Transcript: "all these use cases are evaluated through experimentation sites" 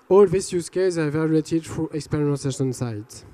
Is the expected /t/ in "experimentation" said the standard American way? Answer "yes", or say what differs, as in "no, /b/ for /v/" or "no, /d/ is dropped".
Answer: no, /s/ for /t/